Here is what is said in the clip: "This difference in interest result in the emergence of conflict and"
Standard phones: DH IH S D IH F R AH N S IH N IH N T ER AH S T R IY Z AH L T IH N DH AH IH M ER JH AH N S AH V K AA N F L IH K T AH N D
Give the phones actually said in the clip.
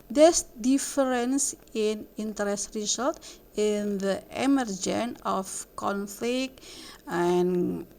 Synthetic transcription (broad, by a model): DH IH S D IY F R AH N S IH N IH N T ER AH S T R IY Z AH L T IH N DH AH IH M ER JH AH N AH F K AA N F L IH K T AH N